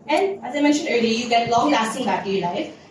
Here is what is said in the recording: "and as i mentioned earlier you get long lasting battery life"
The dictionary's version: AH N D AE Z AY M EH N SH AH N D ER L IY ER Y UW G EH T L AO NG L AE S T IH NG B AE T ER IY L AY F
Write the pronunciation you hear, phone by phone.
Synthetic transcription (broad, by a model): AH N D AE Z AY M EH N SH AH N D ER L IY Y UW G EH T L AO NG L AE S T IH NG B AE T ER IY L AY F